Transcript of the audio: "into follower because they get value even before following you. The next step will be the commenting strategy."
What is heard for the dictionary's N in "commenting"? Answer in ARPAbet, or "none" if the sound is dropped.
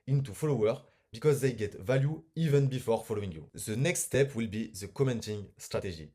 N